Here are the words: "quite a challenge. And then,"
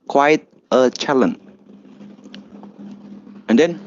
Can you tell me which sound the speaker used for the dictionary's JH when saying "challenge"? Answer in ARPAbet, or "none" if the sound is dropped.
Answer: none